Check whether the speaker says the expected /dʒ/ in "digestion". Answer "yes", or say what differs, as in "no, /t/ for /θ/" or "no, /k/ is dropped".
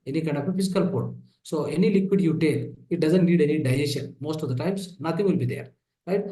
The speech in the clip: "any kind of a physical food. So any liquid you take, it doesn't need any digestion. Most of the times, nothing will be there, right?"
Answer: no, /dʒ/ is dropped